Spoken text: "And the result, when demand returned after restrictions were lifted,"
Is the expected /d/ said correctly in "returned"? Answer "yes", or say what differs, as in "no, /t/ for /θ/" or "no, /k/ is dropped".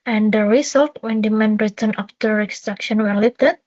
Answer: no, /d/ is dropped